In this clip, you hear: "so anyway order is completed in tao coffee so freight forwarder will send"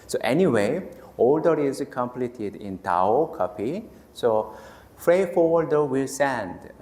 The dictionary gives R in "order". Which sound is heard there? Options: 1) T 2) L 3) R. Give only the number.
2